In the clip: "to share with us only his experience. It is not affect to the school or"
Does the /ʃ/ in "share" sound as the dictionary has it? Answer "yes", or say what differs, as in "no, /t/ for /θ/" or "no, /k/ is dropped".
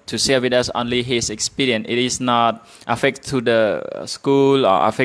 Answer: no, /s/ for /ʃ/